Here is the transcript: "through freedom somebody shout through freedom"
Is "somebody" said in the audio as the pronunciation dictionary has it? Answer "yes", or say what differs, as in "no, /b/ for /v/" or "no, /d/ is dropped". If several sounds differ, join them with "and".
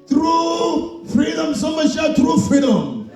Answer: no, /b/ is dropped